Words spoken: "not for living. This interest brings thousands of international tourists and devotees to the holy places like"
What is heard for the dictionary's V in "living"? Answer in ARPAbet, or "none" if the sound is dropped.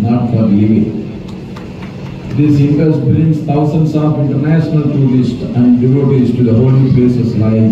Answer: none